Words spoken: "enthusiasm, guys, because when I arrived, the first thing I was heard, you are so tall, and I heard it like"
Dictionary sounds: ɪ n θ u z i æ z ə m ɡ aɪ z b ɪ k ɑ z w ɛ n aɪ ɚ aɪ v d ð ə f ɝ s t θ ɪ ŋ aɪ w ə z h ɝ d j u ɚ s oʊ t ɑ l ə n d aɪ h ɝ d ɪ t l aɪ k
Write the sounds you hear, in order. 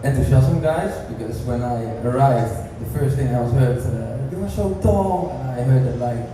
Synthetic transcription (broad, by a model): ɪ n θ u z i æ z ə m ɡ aɪ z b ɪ k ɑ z w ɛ n aɪ ɚ aɪ v d ð ə f ɝ s t θ ɪ ŋ aɪ w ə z h ɝ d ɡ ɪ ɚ ʃ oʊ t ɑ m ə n aɪ h ɝ d ɪ t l aɪ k